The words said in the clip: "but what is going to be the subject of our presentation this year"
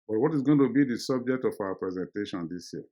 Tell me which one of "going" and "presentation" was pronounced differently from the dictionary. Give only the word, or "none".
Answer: none